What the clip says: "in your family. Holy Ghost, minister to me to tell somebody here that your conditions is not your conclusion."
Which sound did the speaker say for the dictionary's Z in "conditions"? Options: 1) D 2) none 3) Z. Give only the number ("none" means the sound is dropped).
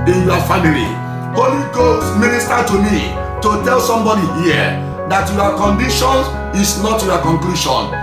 2